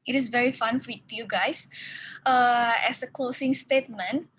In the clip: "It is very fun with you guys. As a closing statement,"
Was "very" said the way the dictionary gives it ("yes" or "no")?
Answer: yes